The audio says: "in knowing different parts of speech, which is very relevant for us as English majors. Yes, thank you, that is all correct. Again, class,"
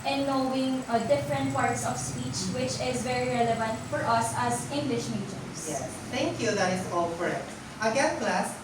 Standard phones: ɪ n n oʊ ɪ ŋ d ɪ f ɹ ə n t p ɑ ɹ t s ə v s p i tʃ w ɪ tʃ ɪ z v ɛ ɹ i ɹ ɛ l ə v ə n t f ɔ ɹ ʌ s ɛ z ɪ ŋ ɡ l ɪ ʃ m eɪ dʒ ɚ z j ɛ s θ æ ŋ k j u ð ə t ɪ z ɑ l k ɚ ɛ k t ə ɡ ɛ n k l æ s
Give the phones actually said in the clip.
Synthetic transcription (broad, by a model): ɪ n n oʊ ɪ ŋ d ɪ f ɹ ə n t p ɑ ɹ t s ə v s p i tʃ w ɪ tʃ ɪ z v ɛ ɹ i ɹ ɛ l ə v ə n t f ɔ ɹ ʌ s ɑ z ɪ ŋ ɡ l ɪ ʃ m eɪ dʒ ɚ s j ɛ s t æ ŋ k j u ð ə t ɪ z ɑ l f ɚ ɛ t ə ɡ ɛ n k l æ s